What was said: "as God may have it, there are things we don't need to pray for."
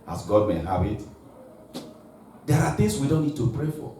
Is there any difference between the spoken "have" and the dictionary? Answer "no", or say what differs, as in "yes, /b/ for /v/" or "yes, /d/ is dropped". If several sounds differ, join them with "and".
yes, /b/ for /v/